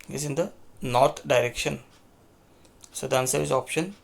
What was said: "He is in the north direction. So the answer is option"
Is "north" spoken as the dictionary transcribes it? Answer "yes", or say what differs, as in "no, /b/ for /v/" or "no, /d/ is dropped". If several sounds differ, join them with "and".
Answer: no, /t/ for /θ/